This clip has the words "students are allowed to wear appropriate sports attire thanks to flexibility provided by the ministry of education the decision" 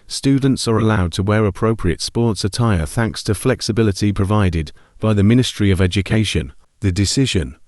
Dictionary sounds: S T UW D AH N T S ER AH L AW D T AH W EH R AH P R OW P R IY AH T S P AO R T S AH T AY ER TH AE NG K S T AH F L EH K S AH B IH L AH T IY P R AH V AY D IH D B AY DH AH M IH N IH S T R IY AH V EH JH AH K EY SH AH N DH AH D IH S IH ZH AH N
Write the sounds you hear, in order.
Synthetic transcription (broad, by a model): S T UW D N T S ER AH L AW D T AH W EH R AH P R OW P R IY AH T S P AO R T S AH T AY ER TH AE NG K S T AH F L EH K S AH B IH L AH T IY P R AH V AY D IH D B AY DH AH M IH N IH S T R IY AH V EH JH AH K EY SH AH N DH AH D IH S IH ZH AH N